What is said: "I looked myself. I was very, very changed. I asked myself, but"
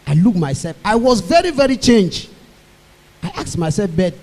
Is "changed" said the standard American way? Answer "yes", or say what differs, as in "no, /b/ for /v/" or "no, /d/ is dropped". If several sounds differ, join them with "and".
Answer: no, /d/ is dropped